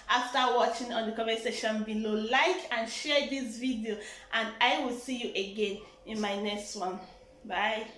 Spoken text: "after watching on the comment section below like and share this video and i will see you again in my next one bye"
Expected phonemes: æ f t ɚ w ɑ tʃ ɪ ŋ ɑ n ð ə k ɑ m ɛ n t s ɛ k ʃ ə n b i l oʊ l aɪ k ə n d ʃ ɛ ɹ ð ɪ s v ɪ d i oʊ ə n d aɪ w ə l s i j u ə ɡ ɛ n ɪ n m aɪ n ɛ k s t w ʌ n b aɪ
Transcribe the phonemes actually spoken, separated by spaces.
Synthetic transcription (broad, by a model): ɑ f t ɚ w ɑ tʃ ɪ ŋ ɑ n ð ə k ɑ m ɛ s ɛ ʃ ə n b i l oʊ l aɪ k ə n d ʃ ɛ ɹ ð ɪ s v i d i oʊ ə n d aɪ w ə l s i j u ə ɡ ɛ n ɪ n m aɪ n ɛ k s t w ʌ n b aɪ